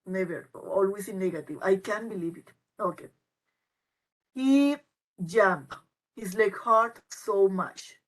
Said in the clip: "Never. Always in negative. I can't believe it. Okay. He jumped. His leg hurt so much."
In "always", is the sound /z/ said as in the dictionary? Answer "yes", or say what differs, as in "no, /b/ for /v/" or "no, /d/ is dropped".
no, /s/ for /z/